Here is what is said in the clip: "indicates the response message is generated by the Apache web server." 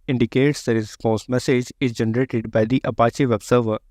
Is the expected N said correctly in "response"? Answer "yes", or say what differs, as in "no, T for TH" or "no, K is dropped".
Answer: no, N is dropped